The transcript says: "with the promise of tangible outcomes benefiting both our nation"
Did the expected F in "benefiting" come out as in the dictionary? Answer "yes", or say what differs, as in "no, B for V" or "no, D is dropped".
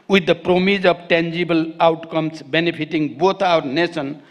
no, P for F